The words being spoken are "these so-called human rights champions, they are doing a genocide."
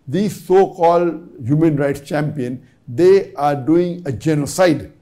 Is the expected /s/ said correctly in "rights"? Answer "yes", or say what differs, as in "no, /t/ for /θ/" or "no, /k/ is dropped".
yes